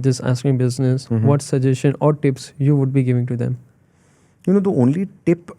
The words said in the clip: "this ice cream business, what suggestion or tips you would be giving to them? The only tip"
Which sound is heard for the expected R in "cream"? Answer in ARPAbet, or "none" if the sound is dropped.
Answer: none